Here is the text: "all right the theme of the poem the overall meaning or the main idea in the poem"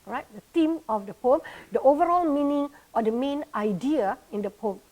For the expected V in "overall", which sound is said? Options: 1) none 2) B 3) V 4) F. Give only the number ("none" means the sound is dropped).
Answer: 3